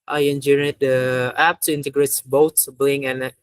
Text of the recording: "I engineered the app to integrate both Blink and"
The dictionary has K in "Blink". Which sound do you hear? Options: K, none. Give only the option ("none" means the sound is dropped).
none